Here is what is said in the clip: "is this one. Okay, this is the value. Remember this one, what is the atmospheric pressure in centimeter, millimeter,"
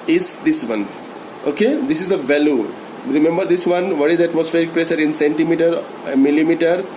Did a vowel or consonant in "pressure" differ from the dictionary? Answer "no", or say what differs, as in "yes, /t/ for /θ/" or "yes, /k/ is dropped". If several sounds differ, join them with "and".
yes, /s/ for /ʃ/